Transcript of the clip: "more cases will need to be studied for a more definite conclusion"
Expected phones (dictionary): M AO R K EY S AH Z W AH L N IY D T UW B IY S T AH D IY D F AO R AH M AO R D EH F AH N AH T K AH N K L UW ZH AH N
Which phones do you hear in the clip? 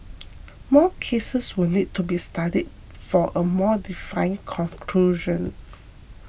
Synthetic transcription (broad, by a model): M AO K EY S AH S W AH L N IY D T UW B IY S T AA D IY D F AO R AH M AO D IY F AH AH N K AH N K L UW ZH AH N